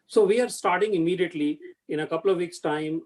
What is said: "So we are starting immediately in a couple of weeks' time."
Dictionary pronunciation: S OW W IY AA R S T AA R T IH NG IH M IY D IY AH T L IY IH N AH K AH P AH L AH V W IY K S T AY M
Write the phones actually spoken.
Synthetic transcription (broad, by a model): S OW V IY AA R S T AA R T IH NG IH M IY D IY AH T L IY IH N AH K AH P AH L AH V IY K S T AY M